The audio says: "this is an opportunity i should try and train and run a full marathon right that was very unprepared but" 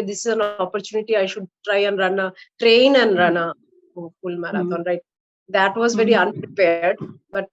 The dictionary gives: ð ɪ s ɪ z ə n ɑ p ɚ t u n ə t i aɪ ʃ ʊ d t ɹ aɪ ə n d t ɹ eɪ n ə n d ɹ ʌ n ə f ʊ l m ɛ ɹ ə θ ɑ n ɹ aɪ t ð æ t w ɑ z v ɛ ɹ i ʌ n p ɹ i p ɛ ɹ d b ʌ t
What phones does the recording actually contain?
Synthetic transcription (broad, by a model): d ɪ s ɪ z ə n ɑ p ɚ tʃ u n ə t i aɪ ʃ ʊ d t ɹ aɪ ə n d t ɹ eɪ n ə n d ɹ ʌ n ə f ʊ l m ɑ ɹ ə t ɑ n ɹ aɪ t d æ t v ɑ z v ɛ ɹ i ʌ n p ɹ i p ɛ ɹ d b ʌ t